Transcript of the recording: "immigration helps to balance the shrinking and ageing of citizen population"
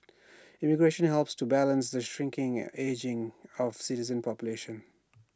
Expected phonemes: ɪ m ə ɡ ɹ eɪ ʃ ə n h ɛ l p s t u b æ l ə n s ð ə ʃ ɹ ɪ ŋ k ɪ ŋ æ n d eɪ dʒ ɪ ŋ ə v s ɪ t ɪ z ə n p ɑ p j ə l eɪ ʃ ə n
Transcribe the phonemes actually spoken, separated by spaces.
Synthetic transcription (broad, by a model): ɪ m ə ɡ ɹ eɪ ʃ ə n h ɛ l p s t u b æ l ə n s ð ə ʃ ɹ ɪ ŋ k ɪ ŋ eɪ dʒ ɪ ŋ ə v s ɪ t ɪ z ə n p ɑ p j ə l eɪ ʃ ə n